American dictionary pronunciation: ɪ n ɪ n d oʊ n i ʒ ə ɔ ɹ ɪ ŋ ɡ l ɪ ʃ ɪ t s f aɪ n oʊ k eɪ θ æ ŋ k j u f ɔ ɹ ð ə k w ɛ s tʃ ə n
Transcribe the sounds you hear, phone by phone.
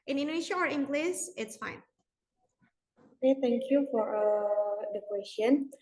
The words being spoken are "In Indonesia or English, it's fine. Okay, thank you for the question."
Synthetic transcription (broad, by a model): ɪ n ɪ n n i ʃ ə ɔ ɹ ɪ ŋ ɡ l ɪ s ɪ t s f aɪ n oʊ k eɪ t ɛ ŋ k j u f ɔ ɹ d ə k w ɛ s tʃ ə n